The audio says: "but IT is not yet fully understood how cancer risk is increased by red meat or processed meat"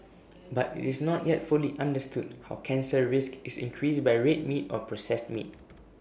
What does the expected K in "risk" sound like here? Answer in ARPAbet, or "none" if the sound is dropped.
K